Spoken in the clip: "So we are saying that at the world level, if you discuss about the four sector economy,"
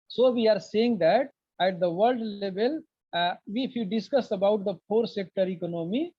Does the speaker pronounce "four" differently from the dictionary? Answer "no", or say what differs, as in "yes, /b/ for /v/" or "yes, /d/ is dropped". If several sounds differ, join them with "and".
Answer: yes, /p/ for /f/